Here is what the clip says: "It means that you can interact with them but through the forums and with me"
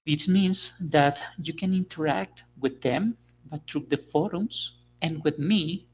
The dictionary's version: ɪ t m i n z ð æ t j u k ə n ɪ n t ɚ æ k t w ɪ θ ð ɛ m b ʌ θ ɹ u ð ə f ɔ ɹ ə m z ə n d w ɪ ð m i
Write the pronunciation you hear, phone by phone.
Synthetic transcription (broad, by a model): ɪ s m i n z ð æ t j u k ə n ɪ n t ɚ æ k t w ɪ ð ɛ m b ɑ t ɹ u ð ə f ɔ ɹ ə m s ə n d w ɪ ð m i